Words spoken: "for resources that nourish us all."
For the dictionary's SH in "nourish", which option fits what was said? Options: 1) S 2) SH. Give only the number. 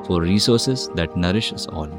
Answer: 2